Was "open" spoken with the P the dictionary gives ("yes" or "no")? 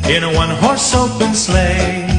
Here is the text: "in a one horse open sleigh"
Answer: no